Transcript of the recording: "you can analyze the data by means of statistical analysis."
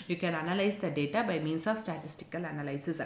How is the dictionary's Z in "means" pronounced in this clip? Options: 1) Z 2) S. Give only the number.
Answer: 2